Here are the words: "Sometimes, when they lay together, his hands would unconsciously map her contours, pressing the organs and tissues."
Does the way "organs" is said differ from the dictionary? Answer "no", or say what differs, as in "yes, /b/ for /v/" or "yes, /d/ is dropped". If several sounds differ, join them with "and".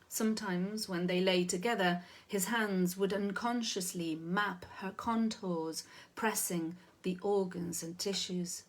no